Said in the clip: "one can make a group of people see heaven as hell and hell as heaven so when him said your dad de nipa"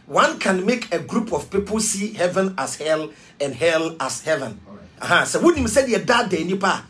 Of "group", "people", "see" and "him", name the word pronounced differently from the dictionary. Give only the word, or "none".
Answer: none